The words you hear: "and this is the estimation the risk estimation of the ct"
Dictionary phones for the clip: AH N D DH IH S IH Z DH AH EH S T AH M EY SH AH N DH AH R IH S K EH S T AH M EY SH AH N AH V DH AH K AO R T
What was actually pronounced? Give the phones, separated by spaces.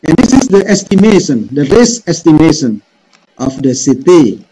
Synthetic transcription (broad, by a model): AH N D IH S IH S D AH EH S T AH M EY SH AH N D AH R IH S EH S T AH M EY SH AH N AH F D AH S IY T